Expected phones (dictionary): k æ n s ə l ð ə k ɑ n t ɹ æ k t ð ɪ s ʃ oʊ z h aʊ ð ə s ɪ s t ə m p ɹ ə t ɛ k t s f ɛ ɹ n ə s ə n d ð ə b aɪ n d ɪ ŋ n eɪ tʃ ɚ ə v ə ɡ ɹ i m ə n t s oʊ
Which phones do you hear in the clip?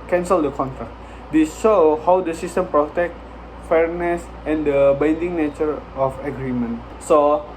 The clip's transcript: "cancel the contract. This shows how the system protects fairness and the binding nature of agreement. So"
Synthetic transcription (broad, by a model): k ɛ n s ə l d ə k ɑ n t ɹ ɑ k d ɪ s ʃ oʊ h aʊ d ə s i s t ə m p ɹ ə t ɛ k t f ɛ ɹ n ə s ə n d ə b aɪ n d ɪ ŋ n eɪ tʃ ɚ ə f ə ɡ ɹ i m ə n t s oʊ